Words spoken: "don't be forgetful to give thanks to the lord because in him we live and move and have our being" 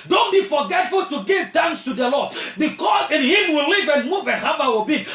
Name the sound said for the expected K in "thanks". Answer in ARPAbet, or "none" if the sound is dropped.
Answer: none